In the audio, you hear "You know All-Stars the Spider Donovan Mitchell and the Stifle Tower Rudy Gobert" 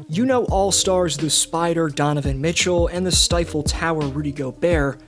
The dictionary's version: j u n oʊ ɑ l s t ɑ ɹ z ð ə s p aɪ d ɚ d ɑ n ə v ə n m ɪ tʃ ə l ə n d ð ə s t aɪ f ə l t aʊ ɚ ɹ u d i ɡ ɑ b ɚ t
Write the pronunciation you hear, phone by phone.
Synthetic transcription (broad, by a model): j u n oʊ ɑ l s t ɑ ɹ z ð ə s p aɪ d ɚ d ɑ n ə v ə n m ɪ tʃ l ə n ð ə s t aɪ f l t aʊ ɚ ɹ u d i ɡ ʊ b ɚ